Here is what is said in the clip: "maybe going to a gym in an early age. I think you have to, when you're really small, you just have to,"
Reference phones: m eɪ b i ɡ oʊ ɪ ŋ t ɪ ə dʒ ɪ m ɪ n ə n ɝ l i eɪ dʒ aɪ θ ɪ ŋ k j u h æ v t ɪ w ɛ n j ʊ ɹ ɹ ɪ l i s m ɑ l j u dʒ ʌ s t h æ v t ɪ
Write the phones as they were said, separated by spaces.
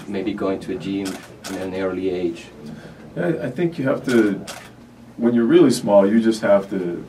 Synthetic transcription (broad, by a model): m eɪ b i ɡ oʊ ɪ ŋ t ɪ ə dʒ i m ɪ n ə n ɝ l i eɪ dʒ aɪ θ ɪ ŋ k j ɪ h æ f t ɪ w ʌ n j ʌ ɹ ɹ ɪ l i s m ɑ l j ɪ dʒ ʌ s t h æ f t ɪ